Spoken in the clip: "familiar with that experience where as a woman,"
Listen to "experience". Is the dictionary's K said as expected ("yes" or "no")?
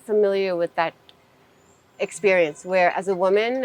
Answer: yes